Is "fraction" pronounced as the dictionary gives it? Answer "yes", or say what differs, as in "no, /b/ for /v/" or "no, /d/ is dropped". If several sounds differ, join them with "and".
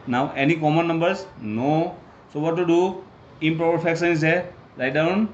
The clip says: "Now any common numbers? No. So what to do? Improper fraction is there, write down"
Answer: no, /ɹ/ is dropped and /s/ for /ʃ/